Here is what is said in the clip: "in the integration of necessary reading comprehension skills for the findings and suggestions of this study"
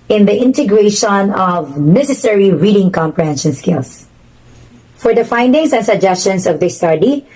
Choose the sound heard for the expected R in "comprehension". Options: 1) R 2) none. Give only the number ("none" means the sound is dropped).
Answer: 1